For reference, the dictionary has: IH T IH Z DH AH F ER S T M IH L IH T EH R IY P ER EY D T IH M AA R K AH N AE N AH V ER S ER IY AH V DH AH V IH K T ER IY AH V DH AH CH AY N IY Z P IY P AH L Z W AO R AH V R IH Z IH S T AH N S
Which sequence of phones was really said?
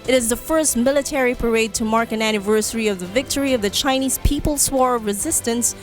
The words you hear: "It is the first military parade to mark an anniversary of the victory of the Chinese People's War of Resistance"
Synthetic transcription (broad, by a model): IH T IH Z DH AH F ER S T M IH L IH T EH R IY P ER EY D T IH M AA R K AH N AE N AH V ER S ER IY AH V DH AH V IH K T ER IY AH V DH AH CH AY N IY Z P IY P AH L S W AO R AH V R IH Z IH S T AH N S